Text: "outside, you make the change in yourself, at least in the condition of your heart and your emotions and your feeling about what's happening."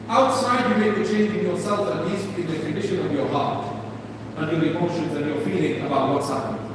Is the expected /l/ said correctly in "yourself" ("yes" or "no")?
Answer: yes